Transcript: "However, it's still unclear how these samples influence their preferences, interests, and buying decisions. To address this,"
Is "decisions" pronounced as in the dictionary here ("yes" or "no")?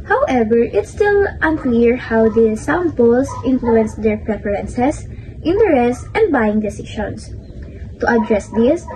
no